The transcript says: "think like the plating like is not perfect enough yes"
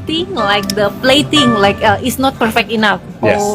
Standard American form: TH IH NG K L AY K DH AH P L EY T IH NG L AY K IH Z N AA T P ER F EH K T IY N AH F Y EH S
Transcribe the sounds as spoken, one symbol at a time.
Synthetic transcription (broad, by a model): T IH NG L AY K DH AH P L EY T IH NG L AY K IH S N AA T P ER F EH K T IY N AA F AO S